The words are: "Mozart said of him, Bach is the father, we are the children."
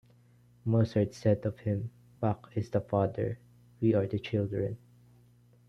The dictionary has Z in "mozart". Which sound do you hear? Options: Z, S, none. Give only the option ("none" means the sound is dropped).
S